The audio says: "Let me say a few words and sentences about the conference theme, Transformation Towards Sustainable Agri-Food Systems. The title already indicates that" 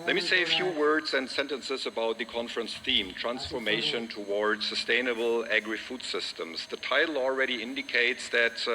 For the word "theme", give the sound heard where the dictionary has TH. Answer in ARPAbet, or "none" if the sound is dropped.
TH